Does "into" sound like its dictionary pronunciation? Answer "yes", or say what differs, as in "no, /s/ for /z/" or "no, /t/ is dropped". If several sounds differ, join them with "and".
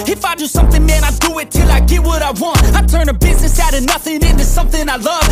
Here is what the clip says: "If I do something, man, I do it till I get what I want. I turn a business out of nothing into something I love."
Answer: yes